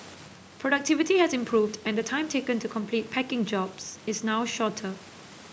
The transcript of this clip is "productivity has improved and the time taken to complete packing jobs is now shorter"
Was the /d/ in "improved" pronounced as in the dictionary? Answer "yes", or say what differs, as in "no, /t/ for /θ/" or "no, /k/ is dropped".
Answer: yes